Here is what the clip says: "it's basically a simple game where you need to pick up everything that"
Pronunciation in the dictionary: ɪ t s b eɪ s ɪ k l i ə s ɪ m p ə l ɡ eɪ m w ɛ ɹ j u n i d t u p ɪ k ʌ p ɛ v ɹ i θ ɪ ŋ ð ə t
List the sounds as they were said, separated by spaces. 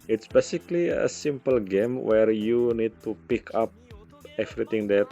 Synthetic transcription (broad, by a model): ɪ t s b eɪ s ɪ k l i ə s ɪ m p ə l ɡ eɪ m w ɛ ɹ j u n i d t u p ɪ k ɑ p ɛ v ɹ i t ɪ ŋ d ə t